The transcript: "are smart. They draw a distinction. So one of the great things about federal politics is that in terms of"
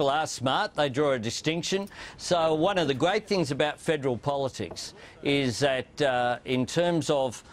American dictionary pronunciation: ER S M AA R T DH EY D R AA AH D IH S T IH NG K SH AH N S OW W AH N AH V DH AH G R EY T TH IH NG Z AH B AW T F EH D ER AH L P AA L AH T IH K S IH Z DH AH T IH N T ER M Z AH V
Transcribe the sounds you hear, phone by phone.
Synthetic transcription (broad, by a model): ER S M AA R T DH EY D R AA AH D IH S T IH NG K SH AH N S OW W AH N AH V DH AH G R EY T TH IH NG Z AH B AW T F EH D ER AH L P AA L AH T IH K S IH Z DH AH T IH N T ER M Z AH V